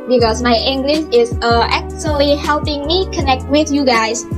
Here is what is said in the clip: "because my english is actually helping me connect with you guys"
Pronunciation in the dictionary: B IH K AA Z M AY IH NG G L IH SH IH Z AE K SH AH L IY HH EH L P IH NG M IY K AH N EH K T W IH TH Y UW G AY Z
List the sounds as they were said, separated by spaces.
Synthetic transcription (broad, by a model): B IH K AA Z M AY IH NG G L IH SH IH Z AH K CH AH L IY HH EH L P IH NG M IY K AH N EH K T W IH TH Y UW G AY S